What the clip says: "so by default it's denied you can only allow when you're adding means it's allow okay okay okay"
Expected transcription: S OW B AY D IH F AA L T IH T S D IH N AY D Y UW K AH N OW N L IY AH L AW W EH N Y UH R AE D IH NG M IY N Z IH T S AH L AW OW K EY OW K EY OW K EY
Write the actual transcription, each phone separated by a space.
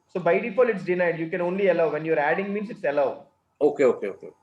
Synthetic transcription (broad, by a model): S OW B AY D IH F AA L IH T S D IH N AY D Y UW K AH N OW N L IY AH L AW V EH N Y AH R AE D IH NG M IY N S IH T S AH L AW OW K EY OW K EY OW K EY